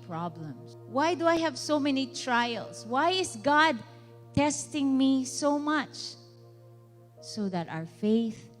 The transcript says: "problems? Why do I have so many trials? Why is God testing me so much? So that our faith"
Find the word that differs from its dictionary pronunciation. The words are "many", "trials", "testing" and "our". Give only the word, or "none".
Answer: trials